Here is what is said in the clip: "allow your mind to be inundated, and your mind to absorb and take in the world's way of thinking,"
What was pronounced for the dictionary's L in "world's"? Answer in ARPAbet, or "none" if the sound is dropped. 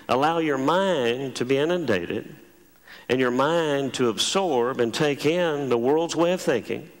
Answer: L